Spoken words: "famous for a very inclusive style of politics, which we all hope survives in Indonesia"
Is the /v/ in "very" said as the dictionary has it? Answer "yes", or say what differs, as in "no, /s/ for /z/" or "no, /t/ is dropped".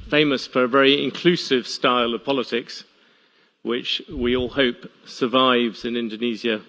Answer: yes